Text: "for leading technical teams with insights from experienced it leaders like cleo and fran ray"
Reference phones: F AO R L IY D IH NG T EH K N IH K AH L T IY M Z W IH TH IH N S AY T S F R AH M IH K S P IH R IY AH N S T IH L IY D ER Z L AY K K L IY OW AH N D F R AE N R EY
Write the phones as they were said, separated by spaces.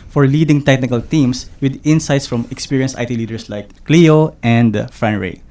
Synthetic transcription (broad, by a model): F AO R L IY D IH NG T EH K N IH K AH L T IY M S W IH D IH N S AY T S F R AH M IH K S P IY R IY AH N S T IH L IY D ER S L AY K K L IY OW AH N D F R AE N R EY